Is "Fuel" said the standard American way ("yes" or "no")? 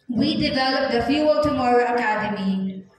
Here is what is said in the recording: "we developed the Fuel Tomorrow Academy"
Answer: yes